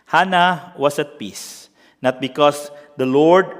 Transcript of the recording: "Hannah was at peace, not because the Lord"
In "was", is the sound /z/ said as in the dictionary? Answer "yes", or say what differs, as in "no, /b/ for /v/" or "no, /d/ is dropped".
no, /s/ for /z/